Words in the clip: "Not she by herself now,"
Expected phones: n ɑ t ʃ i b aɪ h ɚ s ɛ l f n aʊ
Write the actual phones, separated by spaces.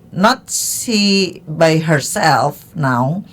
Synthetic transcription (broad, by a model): n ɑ t s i b aɪ h ɚ s ɛ l f n aʊ